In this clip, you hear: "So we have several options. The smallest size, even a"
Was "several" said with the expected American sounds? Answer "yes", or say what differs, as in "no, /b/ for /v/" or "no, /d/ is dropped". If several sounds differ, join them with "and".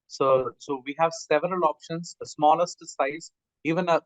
yes